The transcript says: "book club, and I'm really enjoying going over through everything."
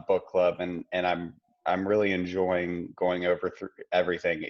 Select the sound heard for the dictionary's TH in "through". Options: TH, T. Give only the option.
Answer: TH